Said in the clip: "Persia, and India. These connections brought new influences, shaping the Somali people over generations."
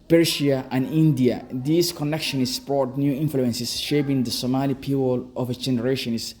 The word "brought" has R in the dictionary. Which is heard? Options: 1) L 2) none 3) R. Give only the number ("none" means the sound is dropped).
2